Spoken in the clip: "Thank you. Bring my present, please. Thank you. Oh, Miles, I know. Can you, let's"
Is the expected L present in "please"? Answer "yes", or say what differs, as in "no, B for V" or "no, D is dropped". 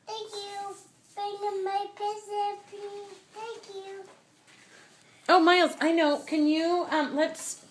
no, L is dropped